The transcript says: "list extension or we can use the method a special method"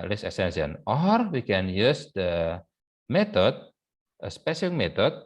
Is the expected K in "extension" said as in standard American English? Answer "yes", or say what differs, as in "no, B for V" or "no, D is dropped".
no, K is dropped